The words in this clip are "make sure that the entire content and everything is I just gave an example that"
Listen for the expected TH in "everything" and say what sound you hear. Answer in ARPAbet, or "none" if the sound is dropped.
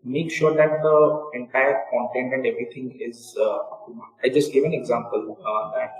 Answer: T